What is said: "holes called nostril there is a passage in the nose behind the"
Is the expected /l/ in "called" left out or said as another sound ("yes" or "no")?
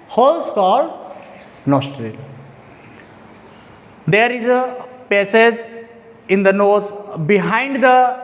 yes